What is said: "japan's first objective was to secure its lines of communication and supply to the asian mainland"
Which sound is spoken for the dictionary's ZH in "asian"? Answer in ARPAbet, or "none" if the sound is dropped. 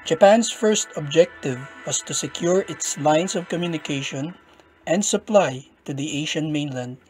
SH